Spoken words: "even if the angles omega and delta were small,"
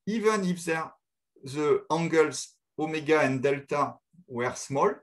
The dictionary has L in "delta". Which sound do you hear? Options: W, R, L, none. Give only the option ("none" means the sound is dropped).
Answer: L